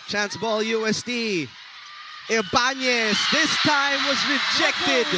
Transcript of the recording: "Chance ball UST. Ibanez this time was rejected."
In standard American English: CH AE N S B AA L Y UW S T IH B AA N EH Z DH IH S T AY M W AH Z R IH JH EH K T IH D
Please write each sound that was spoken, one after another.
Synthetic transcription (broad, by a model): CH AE N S B AA L Y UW S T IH B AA N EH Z DH IH S T AY M W AH Z R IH JH EH K T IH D